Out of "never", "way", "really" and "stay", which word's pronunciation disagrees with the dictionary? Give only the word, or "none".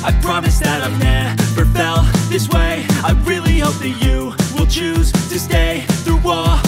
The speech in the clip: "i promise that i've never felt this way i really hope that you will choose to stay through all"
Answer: never